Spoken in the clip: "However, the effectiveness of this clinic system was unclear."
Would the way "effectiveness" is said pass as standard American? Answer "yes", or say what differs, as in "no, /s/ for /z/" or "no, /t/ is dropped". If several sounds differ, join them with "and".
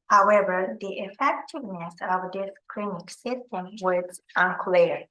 yes